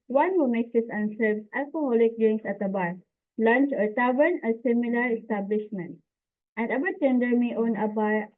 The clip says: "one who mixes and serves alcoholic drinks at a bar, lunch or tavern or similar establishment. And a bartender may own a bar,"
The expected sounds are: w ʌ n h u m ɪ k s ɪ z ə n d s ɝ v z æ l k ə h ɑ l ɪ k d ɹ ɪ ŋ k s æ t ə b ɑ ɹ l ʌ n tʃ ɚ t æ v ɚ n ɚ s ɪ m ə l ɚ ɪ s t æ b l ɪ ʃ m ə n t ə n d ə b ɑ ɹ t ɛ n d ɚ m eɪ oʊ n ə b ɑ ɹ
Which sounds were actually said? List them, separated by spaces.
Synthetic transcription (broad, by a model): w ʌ n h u m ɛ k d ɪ s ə n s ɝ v s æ l k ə h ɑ l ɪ k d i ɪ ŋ s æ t ə b ɑ ɹ l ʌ n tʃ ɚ t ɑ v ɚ n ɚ s ɪ m ə l ɚ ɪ s t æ b l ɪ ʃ m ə n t ə n d ə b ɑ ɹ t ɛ n d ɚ m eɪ oʊ n ə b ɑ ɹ